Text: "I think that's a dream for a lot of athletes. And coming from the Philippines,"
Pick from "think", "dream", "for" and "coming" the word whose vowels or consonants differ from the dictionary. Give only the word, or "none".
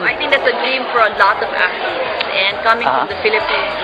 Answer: think